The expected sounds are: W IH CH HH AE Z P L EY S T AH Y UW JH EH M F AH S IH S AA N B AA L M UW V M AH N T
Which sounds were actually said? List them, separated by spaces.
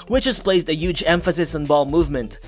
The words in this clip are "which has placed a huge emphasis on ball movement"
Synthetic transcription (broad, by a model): W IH CH HH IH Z P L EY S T AH Y UW JH EH M F AH S IH S N B AA L M UW V M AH N T